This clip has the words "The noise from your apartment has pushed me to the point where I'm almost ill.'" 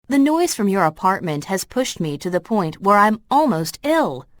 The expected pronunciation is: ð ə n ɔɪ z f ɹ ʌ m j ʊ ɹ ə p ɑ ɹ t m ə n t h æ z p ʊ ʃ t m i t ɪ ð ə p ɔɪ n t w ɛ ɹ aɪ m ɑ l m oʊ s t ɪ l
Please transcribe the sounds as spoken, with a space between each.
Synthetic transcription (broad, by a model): ð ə n ɔɪ z f ɹ ʌ m j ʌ ɹ ə p ɑ ɹ t m ə n t h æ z p ʊ ʃ t m i t ɪ ð ə p ɔɪ n t w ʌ ɹ aɪ m ɑ l m oʊ s t ɪ l